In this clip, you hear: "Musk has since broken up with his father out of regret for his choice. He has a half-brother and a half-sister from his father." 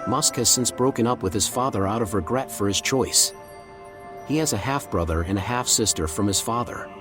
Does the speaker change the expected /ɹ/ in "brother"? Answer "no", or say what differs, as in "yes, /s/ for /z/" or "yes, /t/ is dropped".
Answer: no